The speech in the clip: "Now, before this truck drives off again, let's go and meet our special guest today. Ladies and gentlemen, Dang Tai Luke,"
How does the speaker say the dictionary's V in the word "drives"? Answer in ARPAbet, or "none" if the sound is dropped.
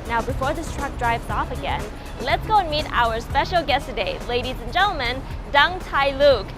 V